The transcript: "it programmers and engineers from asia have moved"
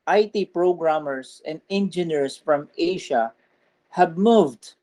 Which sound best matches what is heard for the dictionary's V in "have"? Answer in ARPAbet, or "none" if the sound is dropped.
B